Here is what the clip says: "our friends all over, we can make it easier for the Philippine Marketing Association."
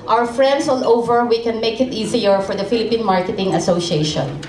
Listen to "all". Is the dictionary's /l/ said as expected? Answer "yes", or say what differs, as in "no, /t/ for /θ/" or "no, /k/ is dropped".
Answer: no, /n/ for /l/